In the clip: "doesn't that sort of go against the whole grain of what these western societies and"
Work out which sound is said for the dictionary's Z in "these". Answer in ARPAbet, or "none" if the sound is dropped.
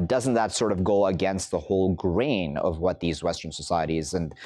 Z